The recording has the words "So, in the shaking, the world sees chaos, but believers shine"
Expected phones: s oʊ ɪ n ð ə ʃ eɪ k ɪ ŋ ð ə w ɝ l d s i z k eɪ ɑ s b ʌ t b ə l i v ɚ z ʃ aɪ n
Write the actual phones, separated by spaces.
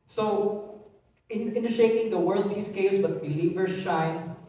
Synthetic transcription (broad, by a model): s oʊ ɪ n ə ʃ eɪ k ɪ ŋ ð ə w ɝ l d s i s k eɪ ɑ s b ʌ t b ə l i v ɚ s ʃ aɪ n